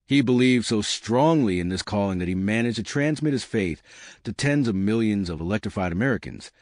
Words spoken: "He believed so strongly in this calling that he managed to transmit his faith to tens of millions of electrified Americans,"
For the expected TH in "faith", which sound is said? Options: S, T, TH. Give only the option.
TH